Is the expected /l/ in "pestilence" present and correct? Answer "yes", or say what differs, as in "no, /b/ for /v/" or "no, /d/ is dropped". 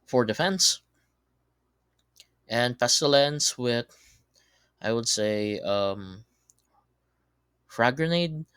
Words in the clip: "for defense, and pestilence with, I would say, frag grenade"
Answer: yes